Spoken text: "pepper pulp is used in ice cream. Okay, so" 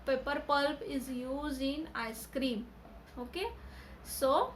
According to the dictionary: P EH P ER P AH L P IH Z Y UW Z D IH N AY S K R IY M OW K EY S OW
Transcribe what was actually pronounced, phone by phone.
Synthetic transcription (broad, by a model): P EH P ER P AH L P IH Z Y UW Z IH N AY S K R IY M OW K EY S OW